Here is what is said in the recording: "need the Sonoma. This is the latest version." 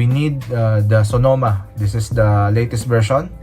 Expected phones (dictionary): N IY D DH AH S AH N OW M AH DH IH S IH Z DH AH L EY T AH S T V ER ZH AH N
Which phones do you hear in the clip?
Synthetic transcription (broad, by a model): N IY D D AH S AH N OW M AH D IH S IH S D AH L EY T AH S T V ER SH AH N